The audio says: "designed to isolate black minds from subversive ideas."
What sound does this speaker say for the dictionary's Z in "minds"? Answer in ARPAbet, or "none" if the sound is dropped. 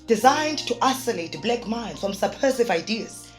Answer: none